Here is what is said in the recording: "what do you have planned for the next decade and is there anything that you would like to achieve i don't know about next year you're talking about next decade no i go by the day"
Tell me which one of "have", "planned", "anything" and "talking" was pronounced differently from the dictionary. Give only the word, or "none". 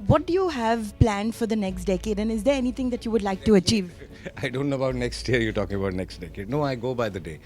anything